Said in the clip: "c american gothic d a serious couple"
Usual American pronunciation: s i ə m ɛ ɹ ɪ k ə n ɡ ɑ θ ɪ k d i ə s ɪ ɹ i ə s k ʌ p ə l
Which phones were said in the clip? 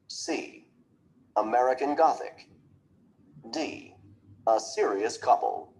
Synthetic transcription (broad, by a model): s i ə m ɛ ɹ ɪ k ə n ɡ ɑ θ ɪ k d i ə s ɪ ɹ i ə s k ʌ p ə l